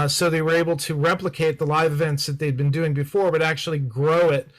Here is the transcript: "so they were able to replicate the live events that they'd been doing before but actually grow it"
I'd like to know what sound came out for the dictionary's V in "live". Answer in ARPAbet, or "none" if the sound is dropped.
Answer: V